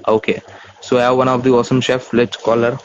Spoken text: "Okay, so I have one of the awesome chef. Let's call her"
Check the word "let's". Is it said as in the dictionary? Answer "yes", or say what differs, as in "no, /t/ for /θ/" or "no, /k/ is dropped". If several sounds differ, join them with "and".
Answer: no, /s/ is dropped